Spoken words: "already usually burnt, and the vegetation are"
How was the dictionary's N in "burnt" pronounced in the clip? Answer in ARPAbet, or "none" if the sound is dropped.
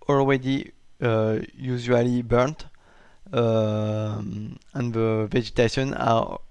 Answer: N